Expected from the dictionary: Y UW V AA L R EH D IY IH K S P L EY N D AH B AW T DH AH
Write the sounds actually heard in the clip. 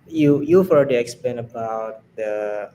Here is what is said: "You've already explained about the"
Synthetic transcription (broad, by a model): Y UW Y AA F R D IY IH K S P L EY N AH B AW T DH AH